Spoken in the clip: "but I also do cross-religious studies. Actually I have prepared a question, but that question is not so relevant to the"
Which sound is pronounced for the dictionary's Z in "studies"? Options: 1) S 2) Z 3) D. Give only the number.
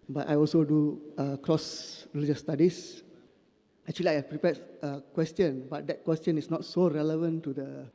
1